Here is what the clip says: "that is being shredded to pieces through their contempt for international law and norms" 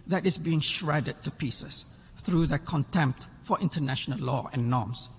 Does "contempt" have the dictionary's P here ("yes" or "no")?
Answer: yes